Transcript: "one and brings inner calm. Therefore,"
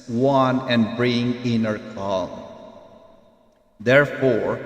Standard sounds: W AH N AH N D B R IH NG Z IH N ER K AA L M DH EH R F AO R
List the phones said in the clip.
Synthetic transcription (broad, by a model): W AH N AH N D B R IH NG IH N ER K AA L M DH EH R F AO R